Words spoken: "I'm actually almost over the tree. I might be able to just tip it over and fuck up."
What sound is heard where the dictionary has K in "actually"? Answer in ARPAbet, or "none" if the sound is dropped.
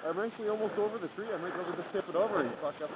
none